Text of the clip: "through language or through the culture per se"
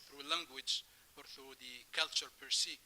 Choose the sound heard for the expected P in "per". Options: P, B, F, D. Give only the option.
P